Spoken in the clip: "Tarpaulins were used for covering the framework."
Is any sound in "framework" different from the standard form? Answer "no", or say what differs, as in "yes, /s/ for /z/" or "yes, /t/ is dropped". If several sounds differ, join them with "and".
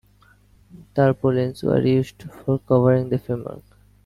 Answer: yes, /ɹ/ is dropped